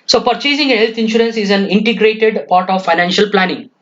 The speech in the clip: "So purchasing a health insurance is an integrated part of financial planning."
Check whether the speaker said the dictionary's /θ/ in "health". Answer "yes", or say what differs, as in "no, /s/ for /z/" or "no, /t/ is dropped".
no, /t/ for /θ/